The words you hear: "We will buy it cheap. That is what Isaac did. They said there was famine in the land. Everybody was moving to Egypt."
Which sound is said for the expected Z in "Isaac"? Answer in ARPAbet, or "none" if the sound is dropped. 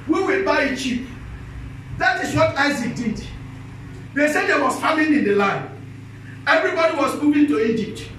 Z